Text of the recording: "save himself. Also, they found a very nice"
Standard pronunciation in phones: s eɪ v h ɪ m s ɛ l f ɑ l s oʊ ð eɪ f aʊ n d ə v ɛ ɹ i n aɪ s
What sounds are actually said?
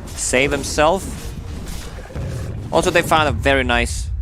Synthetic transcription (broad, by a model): s eɪ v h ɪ m s ɛ l f ɑ l s oʊ ð eɪ f aʊ n d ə v ɛ ɹ i n aɪ s